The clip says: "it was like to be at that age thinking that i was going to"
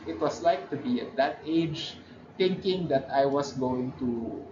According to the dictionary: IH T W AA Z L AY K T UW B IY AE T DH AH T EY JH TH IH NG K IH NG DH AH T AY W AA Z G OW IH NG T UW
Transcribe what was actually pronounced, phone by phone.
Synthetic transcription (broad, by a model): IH T W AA S L AY K T UW B IY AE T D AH T EY JH T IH NG K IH NG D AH T AY W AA S G OW IH NG T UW